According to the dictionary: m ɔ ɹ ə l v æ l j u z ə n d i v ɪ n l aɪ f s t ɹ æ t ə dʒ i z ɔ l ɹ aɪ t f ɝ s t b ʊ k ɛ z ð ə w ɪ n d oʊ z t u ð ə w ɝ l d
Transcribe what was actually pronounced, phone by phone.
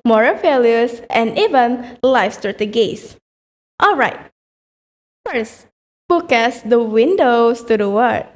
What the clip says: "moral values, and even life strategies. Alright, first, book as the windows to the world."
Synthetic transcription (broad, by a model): m ɔ ɹ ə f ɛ l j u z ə n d i v ɪ n l aɪ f s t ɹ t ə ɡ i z ɔ l ɹ aɪ t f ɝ s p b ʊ k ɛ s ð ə w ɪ n d oʊ s t u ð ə w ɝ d